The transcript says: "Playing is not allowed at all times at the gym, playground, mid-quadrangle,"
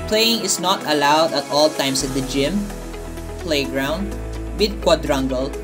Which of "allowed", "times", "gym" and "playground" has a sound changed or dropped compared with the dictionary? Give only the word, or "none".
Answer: times